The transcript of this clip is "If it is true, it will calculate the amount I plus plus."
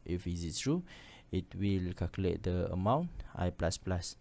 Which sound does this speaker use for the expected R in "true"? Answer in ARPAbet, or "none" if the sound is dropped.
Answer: R